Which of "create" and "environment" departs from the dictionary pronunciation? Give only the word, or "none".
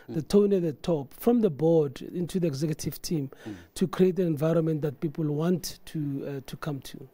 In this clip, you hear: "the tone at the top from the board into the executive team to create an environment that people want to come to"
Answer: none